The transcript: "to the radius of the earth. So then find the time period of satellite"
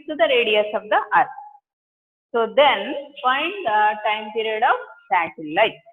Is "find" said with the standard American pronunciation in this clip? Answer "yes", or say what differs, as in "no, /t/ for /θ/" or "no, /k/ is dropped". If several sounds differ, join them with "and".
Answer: no, /p/ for /f/